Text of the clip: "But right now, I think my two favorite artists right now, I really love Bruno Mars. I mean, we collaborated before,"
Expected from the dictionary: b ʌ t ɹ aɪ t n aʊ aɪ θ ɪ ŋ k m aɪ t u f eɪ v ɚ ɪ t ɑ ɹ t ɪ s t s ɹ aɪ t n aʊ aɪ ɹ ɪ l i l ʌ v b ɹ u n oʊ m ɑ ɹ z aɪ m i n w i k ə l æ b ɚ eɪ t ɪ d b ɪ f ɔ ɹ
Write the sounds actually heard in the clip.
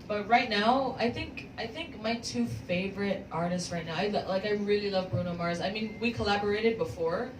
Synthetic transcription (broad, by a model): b ʌ t ɹ aɪ t n aʊ aɪ θ ɪ ŋ k m aɪ t u f eɪ v ɚ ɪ t ɑ ɹ t ɪ s t s ɹ aɪ t n aʊ aɪ ɹ ɪ l i l ʌ v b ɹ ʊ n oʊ m ɑ ɹ z aɪ m i n w i k ə l æ b ɚ eɪ t ɪ d b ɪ f ɔ ɹ